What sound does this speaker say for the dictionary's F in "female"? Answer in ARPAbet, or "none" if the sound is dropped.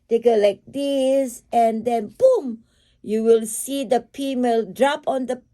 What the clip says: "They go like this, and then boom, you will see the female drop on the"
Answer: P